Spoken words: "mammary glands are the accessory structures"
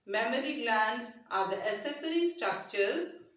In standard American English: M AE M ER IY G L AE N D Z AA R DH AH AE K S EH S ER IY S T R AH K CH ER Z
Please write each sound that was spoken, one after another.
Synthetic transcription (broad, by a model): M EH M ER IY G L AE N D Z AA R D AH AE S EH S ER IY S T R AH K CH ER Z